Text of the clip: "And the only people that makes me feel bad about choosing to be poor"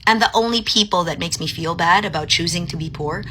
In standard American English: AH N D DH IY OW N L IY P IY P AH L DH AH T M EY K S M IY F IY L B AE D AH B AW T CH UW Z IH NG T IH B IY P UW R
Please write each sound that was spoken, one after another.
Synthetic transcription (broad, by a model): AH N DH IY OW N L IY P IY P L DH AH T M EY K S M IY F IY L B AE D AH B AW T CH UW Z IH NG T IH B IY P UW R